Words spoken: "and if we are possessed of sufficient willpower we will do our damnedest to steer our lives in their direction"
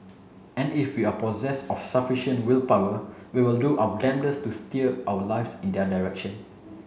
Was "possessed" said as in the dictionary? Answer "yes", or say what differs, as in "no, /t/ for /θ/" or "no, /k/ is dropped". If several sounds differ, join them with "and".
no, /t/ is dropped